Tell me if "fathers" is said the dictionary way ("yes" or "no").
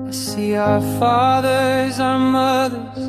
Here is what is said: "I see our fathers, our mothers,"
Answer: yes